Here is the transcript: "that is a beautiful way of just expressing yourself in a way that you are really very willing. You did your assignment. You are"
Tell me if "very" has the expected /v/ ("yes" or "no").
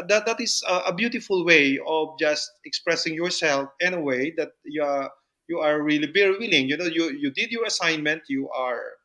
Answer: no